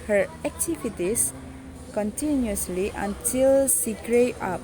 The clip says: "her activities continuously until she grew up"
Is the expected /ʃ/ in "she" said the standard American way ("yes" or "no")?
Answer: no